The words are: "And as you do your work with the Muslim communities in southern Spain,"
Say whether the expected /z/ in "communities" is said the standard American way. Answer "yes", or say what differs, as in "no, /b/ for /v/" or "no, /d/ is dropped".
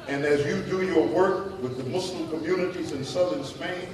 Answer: yes